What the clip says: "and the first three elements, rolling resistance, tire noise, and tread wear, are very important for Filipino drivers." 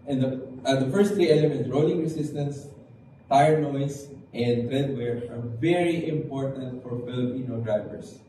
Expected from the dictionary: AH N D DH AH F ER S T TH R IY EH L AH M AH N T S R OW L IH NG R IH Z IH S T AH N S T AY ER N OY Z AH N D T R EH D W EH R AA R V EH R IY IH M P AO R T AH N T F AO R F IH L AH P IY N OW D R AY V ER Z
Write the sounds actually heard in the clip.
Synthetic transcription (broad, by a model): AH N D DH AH F ER S T R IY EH L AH M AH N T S R OW L IH NG R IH S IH S T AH N S T AY ER N OY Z AH N D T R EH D W EH R AA R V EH R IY IH M P AO R T AH N T F AO R F IH L AH P IY N OW D R AY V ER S